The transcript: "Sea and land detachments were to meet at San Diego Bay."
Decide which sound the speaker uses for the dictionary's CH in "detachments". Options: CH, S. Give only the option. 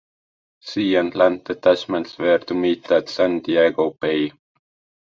S